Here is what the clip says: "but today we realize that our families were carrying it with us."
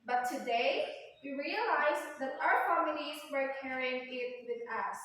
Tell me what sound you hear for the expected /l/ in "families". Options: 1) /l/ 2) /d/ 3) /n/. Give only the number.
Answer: 3